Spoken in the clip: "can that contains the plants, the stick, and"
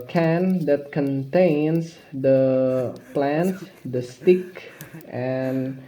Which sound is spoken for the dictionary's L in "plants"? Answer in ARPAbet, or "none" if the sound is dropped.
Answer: L